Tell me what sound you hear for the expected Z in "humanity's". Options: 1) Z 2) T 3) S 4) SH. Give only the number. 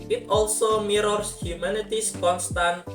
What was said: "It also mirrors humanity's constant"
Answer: 3